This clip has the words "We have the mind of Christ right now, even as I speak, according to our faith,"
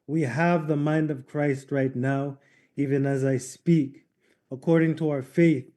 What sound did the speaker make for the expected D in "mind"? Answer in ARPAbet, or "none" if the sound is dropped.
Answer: D